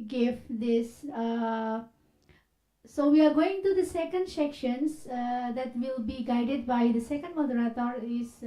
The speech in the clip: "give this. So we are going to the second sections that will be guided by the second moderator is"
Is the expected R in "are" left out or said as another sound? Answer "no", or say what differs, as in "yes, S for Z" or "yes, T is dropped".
no